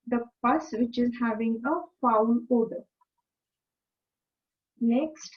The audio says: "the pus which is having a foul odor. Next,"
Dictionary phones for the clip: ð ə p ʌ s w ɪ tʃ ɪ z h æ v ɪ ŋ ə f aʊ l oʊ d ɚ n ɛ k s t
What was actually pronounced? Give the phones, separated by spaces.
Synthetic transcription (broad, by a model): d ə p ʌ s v ɪ tʃ ɪ z h æ v ɪ ŋ ə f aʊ n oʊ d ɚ n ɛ k s t